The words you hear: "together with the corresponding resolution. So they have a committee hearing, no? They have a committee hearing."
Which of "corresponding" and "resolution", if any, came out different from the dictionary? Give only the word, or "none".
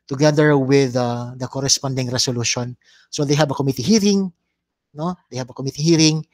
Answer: resolution